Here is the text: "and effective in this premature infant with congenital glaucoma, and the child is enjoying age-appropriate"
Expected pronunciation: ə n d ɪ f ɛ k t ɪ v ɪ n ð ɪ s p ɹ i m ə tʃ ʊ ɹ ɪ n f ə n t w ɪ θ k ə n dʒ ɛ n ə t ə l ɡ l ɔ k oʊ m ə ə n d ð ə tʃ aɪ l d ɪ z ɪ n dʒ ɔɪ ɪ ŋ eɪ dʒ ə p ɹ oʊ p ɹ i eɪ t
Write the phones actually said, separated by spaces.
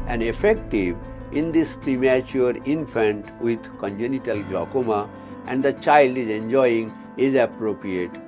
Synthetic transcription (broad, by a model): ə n d ɪ f ɛ k t ɪ v ɪ n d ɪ s p ɹ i m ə tʃ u ɹ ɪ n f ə n t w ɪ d k ə n dʒ ɛ n ə t ə l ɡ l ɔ k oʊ m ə ə n d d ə tʃ aɪ l d ɪ z ɪ n dʒ ɔɪ ɪ ŋ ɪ z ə p ɹ oʊ p ɹ i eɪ t